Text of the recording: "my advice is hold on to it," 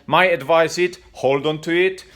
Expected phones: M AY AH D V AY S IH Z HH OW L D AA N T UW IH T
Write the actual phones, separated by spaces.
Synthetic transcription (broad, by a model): M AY AH D V AY S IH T HH OW L D AA N T UW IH T